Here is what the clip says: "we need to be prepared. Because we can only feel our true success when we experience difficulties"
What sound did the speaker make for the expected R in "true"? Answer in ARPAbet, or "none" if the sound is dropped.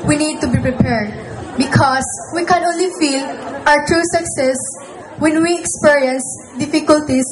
R